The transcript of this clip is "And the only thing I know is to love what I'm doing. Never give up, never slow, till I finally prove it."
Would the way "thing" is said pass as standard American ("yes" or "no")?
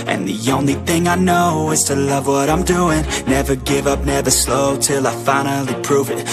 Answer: yes